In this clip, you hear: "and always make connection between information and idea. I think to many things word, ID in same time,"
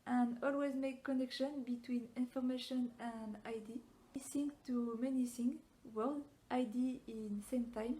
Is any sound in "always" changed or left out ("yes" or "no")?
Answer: no